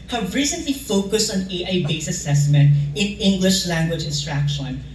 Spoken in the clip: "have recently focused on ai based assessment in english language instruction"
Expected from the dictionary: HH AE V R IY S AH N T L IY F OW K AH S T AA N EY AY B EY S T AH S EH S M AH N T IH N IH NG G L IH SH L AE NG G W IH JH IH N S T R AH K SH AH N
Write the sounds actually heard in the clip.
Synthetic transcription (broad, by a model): HH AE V R IY S AH N T L IY F OW K AH S T AA N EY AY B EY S AH S EH S M AH N T IH N IH NG G L IH SH L AE NG G W IH JH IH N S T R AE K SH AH N